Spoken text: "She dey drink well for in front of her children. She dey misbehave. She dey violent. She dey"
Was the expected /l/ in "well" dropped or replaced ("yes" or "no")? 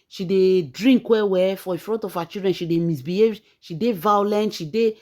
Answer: yes